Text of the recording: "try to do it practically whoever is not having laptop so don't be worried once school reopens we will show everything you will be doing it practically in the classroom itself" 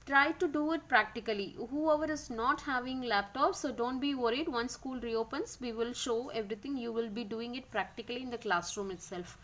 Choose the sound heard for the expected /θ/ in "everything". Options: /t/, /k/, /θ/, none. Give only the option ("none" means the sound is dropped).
/t/